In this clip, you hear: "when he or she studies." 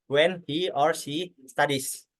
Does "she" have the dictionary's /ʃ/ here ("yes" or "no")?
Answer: no